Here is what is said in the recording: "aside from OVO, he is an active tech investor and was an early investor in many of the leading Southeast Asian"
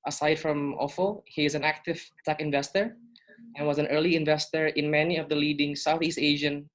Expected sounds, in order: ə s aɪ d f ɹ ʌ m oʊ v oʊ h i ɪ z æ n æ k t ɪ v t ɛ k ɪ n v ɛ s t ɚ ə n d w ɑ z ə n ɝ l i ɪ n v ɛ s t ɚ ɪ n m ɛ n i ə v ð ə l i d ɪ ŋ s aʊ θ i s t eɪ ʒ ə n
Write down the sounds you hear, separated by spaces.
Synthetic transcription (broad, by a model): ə s aɪ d f ɹ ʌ m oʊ f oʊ h i ɪ z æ n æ k t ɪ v t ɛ k ɪ n v ɛ s t ɚ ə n w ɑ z ə n ɝ l i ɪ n v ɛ s t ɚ ɪ n m ɛ n i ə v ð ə l i d ɪ ŋ s aʊ θ i s t eɪ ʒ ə n